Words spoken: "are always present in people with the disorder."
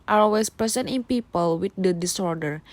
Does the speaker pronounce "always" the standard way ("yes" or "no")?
no